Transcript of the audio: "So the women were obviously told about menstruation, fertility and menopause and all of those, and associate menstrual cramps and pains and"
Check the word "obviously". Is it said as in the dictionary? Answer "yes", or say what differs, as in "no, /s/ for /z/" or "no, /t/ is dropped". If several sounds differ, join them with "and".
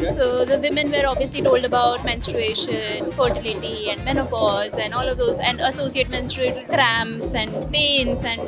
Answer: yes